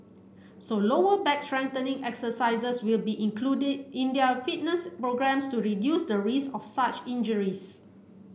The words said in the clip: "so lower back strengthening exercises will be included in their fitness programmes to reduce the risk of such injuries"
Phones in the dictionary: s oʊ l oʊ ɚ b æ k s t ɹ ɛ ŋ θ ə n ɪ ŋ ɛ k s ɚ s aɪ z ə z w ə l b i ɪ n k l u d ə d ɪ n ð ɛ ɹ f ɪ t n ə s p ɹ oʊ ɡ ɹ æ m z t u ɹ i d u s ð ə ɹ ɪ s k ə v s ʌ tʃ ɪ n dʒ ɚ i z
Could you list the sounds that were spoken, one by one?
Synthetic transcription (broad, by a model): s oʊ l oʊ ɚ b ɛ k s t ɹ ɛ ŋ t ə n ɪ ŋ ɛ k s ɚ s aɪ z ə s w ə l b i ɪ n k l u d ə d ɪ n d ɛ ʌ f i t n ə s p ɹ oʊ ɡ ɹ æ m s t u ɹ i d u s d ə ɹ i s ə f s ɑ tʃ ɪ n dʒ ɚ i s